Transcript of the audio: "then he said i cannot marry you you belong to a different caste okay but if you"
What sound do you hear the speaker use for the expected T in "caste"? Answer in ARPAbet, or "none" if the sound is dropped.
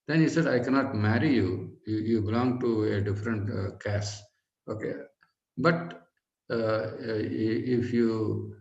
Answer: none